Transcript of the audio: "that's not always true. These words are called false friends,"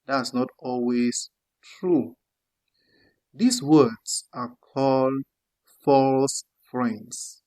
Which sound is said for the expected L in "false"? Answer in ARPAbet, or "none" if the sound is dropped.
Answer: L